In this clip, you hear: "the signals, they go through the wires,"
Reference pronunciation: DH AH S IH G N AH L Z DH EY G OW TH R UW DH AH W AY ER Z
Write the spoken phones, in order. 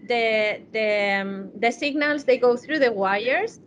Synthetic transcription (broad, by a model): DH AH S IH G N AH L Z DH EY G OW TH R UW DH AH W AY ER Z